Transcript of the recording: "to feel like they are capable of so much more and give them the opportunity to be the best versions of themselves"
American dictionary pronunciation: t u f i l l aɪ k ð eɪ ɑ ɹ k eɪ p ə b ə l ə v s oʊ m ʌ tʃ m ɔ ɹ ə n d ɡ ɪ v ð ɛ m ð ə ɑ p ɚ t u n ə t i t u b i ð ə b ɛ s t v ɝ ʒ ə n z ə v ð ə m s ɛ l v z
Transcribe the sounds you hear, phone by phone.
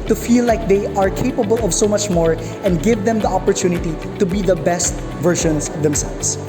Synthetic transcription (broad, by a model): t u f i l l aɪ k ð eɪ ɑ ɹ k eɪ p ə b ə l ə v s oʊ m ʌ tʃ m ɔ ɹ ə n d ɡ ɪ v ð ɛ m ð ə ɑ p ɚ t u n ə t i t u b i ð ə b ɛ s t v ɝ ʃ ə n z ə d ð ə m s ɛ l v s